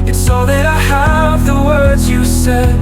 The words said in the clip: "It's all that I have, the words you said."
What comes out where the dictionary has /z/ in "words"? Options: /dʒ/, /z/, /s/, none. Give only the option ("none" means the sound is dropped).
/z/